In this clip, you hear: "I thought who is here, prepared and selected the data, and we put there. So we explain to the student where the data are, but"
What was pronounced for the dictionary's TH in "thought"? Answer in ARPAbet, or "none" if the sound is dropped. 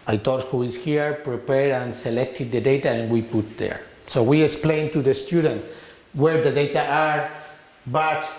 T